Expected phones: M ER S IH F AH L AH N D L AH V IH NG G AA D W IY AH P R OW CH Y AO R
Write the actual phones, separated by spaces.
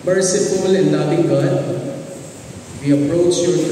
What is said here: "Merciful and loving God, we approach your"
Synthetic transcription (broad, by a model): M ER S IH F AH L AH N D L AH B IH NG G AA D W IY AH P R OW CH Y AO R